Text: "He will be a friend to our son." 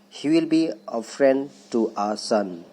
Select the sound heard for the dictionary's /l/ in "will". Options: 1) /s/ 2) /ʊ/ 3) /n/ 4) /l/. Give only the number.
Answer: 4